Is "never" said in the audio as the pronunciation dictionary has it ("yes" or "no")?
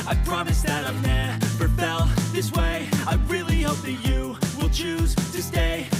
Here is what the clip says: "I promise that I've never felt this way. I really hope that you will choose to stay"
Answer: no